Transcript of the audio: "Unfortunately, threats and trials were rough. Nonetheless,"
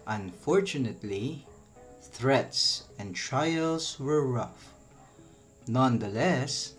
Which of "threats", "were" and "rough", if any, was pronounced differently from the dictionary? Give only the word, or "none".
none